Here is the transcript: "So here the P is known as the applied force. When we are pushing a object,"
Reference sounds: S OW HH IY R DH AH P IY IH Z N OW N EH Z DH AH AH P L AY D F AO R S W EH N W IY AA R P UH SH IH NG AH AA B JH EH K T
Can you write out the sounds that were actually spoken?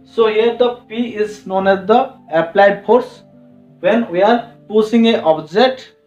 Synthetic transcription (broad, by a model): S OW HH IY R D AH P IY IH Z N OW N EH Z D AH AH P L AY D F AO R S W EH N W IY AA R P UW S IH NG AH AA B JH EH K T